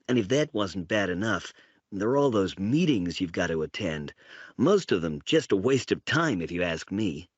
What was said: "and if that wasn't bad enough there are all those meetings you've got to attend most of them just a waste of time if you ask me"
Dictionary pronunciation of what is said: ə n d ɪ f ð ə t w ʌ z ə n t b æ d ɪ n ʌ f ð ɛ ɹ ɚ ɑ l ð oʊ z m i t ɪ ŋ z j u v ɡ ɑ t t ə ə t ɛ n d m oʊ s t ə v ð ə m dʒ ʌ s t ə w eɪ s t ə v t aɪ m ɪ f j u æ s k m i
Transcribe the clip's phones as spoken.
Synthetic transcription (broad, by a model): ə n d ɪ f ð ə t w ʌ z n b æ d ɪ n ʌ f ð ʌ ɹ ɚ ɑ l ð oʊ z m i t ɪ ŋ z j u v ɡ ɑ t t ə ə t ɛ n d m oʊ s t ə v ð ə m dʒ ʌ s t ə w eɪ s t ə v t aɪ m ɪ f j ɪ æ s k m i